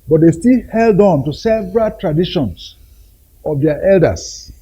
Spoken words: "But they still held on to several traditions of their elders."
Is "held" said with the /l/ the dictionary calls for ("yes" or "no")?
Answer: yes